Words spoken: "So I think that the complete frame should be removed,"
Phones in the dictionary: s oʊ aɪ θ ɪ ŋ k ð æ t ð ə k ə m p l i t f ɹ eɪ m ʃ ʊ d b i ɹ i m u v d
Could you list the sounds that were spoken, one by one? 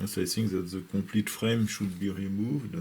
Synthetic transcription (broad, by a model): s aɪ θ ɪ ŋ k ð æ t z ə k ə p l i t f ɹ eɪ m ʃ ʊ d b i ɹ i m u v d